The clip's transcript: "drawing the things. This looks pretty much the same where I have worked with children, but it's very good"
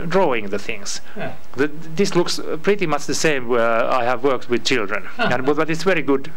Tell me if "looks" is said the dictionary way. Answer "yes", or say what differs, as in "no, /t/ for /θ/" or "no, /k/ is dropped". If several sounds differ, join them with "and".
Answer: yes